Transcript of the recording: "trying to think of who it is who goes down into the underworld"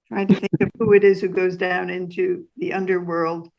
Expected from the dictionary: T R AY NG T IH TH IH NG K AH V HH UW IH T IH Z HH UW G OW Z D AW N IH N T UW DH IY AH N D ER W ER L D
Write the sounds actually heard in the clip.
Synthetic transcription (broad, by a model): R AY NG T IH TH IH NG K AH V HH UW IH T IH Z HH UW G OW Z D AW N IH N T UW DH IY AH N D ER W ER L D